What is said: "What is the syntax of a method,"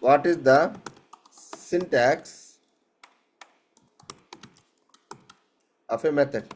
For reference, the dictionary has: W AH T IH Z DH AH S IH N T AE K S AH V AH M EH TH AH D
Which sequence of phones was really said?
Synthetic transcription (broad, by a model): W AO T IH Z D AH S IH N T AE K S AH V AH M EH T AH D